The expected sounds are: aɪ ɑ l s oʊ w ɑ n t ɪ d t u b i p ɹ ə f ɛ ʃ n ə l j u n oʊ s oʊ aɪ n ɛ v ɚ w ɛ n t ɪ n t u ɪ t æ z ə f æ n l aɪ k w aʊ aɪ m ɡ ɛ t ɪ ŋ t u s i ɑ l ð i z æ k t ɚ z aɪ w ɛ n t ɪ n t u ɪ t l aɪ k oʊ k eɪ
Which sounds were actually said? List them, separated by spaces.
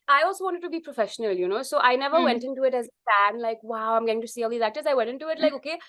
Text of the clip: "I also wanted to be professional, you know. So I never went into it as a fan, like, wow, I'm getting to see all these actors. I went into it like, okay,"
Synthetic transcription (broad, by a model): aɪ ɑ l s oʊ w ɑ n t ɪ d t u b i p ɹ ə f ɛ ʃ n ə l j u n oʊ s oʊ aɪ n ɛ v ɚ w ɛ n t ɪ n t u ɪ t æ z ə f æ n l aɪ k w aʊ aɪ m ɡ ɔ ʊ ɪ ŋ t u s i ɑ l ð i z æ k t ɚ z aɪ w ɛ n t ɪ n t u ɪ t l aɪ k oʊ k eɪ